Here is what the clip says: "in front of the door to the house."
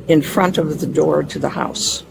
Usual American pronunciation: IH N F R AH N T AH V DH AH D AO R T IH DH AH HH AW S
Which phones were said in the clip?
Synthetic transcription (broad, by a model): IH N F R AH N T AH V DH AH D AO R T IH DH AH HH AW S